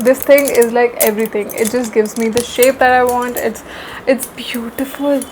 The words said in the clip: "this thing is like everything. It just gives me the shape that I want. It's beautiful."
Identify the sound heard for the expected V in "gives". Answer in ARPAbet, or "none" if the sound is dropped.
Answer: V